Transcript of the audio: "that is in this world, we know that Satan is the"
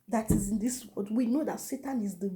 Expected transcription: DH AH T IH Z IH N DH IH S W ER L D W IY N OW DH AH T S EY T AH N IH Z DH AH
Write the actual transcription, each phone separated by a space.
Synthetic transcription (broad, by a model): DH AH T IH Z IH N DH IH S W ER D W IY N OW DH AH T S EY T AH N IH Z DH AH